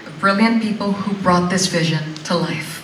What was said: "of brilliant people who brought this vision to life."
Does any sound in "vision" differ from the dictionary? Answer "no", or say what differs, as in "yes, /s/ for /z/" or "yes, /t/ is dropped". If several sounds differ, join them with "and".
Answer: no